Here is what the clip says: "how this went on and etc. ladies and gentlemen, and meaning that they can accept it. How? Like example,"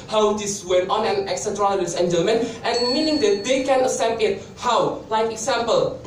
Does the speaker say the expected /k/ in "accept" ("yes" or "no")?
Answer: no